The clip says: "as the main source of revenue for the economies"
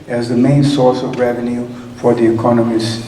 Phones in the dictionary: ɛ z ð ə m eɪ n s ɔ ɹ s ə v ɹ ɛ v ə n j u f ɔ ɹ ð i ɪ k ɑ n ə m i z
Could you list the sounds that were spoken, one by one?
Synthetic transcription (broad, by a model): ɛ z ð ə m eɪ n s ɔ ɹ s ə v ɹ ɛ v ə n j u f ɔ ɹ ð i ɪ k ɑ n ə m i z